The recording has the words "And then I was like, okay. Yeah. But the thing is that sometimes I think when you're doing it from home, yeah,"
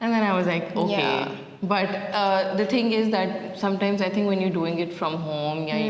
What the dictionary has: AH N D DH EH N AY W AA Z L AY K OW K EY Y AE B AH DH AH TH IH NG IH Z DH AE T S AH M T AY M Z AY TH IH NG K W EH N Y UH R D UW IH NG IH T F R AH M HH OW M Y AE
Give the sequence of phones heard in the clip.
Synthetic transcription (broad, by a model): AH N D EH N AY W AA Z L AY K OW K EY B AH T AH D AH T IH NG IH Z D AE T S AH M T AY M Z AY T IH NG K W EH N Y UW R D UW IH NG IH T F R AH M HH OW M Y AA